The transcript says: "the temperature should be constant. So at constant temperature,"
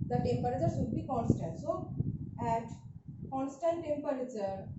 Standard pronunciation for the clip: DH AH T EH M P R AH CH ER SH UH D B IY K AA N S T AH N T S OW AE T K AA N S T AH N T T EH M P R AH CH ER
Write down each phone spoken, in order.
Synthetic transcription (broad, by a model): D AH T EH M P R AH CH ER S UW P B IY K AA N S T AH N T S OW AE T K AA N S T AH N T T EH M P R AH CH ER